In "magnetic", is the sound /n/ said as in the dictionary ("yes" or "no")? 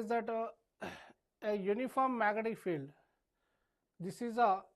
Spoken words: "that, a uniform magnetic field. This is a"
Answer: no